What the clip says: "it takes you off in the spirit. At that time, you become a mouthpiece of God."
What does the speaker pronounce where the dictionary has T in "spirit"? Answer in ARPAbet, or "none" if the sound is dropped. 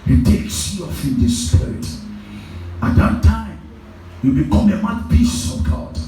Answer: T